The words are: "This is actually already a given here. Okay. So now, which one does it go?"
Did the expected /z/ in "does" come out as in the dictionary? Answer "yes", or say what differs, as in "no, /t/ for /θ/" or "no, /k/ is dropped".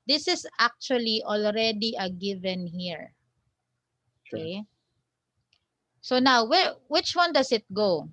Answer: no, /s/ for /z/